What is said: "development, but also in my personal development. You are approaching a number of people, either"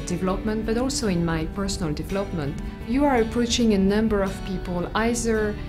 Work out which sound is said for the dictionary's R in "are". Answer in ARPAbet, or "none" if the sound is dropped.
R